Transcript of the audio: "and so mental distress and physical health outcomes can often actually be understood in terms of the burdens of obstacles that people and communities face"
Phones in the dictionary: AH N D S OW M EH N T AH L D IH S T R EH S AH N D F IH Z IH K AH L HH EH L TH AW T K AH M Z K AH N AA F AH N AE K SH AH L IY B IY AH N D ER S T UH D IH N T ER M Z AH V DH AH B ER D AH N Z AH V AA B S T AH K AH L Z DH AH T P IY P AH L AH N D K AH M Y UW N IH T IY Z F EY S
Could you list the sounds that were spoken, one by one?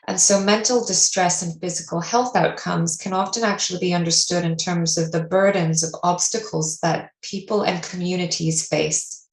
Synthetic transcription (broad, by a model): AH N S OW M EH N T L D IH S T R EH S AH N F IH Z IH K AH L HH EH L TH AW T K AH M Z K AH N AA F AH N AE K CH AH L IY B IY AH N D ER S T UH D IH N T ER M Z AH V DH AH B ER D N Z AH V AA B S T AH K L Z DH AH T P IY P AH L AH N K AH M Y UW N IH T IY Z F EY S